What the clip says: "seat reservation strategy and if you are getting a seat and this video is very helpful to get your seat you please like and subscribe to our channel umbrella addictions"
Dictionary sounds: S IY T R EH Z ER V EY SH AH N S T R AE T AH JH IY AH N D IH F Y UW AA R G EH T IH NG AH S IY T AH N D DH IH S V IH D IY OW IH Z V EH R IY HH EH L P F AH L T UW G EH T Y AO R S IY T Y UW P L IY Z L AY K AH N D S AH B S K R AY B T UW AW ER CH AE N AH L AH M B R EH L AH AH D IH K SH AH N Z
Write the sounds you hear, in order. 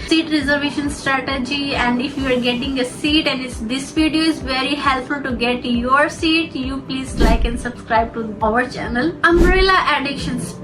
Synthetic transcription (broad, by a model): S IY T R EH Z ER V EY SH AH N S T R AE T AH JH IY AH N D IH F Y UW AA R G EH T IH NG AH S IY T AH N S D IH S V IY D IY OW IH Z V EH R IY HH EH L P F AH L T UW G EH T Y AO R S IY T Y UW P L IY Z L AY K AH N D S AH B S K R AY B T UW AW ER CH AE N AH L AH M R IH L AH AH D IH K SH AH N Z